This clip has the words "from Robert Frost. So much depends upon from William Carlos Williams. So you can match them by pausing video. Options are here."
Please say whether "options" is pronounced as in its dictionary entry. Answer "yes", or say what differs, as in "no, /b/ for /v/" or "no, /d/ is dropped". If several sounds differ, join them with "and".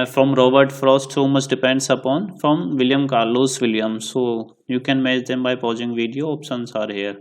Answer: no, /s/ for /ʃ/ and /s/ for /z/